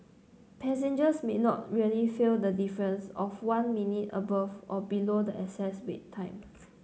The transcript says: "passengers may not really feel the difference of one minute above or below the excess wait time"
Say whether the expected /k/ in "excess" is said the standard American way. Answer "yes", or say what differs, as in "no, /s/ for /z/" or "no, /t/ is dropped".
no, /k/ is dropped